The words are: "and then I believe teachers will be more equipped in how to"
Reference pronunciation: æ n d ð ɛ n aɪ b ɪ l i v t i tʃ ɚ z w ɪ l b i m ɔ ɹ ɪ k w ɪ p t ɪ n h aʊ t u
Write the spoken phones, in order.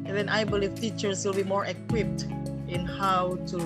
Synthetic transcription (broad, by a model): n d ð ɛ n aɪ b ɪ l i v t i tʃ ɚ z w ɪ l b i m ɔ ɹ ɪ k w ɪ p t ɪ n h aʊ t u